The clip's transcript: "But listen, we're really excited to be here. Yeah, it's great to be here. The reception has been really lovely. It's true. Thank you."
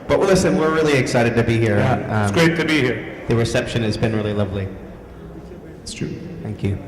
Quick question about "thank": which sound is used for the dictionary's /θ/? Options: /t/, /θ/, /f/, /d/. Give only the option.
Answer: /θ/